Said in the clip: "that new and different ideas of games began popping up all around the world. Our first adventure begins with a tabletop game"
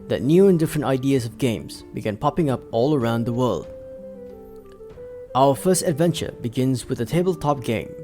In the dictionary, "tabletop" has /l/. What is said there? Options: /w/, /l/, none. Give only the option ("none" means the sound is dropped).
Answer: /l/